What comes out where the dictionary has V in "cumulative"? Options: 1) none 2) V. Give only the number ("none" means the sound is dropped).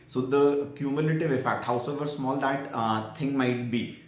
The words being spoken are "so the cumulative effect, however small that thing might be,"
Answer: 2